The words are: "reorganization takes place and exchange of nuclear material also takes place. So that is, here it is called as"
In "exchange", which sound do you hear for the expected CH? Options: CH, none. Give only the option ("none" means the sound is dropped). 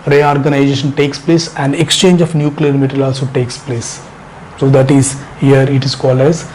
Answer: CH